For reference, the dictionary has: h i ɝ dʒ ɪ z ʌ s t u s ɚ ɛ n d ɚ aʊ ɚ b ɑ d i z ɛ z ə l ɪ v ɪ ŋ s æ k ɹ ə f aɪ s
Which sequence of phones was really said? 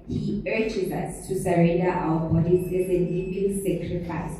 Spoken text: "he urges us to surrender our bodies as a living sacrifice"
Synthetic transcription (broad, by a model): h i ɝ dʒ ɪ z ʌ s t u s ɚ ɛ n d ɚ aʊ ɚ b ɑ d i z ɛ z ə n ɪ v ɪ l s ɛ k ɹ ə f aɪ s